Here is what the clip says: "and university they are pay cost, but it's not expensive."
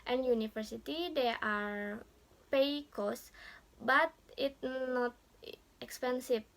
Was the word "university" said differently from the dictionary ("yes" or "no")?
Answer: yes